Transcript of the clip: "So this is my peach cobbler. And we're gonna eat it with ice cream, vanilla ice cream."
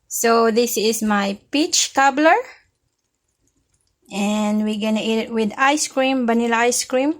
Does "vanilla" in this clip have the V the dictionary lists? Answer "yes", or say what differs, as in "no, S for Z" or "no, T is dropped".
no, B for V